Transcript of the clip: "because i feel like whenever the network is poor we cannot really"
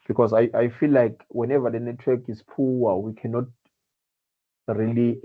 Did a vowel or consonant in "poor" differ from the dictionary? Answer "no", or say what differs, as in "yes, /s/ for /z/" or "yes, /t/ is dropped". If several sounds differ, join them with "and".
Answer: yes, /w/ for /ɹ/